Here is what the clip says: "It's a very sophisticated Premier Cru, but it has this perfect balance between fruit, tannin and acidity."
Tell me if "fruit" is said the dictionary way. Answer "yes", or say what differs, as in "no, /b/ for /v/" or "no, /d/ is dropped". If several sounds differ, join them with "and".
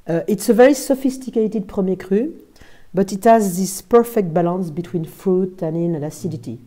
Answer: no, /ɹ/ is dropped